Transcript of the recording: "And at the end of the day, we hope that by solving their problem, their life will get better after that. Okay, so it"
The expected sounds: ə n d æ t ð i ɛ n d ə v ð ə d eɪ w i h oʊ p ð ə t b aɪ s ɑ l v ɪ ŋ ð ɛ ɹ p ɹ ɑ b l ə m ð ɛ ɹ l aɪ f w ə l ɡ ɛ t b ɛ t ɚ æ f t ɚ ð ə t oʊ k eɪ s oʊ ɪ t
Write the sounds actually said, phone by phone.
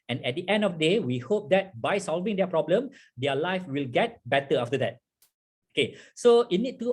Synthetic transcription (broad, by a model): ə n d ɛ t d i ɛ n d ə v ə d eɪ w i h oʊ p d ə t b aɪ s ɑ l v ɪ ŋ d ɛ p ɹ ɑ b l ə m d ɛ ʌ l aɪ f w ə l ɡ ɛ t b ɛ t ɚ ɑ f t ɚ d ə t oʊ k eɪ s oʊ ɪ t